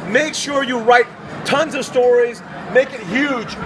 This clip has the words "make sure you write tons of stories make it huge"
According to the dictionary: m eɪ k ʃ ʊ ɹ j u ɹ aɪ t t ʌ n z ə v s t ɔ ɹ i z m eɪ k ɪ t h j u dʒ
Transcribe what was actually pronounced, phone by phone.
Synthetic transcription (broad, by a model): m eɪ k ʃ ʊ ɹ j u ɹ aɪ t t ʌ n z ə v s t ɔ ɹ i z m eɪ k ɪ t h j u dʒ